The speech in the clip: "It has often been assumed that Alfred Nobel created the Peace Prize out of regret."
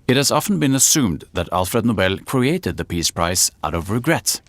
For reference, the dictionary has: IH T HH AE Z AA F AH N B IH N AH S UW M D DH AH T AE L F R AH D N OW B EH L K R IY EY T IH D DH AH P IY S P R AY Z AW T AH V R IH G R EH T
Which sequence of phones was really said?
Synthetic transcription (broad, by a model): IH T HH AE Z AA F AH N B IH N AH S UW M D DH AH T AE L F R AH D N OW B EH L K R IY EY T IH D DH AH P IY S P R AY S AW T AH V R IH G R EH T